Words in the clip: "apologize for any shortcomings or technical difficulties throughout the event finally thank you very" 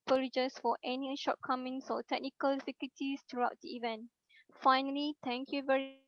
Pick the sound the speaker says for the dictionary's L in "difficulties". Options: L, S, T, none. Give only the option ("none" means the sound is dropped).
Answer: none